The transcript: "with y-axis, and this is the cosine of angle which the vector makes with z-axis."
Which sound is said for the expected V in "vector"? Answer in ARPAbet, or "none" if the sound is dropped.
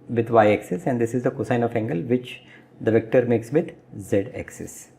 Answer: V